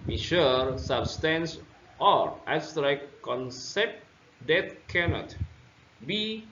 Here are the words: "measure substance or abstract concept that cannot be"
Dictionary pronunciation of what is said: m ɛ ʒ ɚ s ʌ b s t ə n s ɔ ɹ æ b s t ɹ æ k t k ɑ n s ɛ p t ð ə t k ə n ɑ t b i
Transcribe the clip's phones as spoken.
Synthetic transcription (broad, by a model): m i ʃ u s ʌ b s t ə n s ɔ ɹ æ s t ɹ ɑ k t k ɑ n s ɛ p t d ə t k ə n ɑ t b i